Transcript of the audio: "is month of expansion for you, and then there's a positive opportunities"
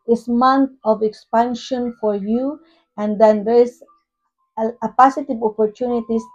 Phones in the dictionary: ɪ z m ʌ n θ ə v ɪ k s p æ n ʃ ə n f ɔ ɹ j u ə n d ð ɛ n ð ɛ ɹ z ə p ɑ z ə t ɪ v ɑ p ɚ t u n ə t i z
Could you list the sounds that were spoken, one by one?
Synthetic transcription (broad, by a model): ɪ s m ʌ n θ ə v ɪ k s p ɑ n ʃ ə n f ɔ ɹ j u ə n d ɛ n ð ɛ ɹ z ə p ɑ s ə t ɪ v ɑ p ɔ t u n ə t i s